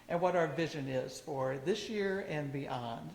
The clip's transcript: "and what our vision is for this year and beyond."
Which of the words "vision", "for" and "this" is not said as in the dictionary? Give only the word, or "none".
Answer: none